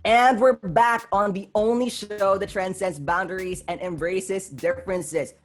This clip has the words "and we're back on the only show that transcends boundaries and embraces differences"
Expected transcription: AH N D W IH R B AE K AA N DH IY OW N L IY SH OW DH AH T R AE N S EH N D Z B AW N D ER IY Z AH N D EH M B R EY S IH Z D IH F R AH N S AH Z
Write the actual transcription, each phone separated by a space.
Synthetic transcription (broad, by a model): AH N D W IH R B AE K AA N DH IY OW N L IY SH OW DH AH T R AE N S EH N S B AW N D ER IY Z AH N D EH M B R EY S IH S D IH F R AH N S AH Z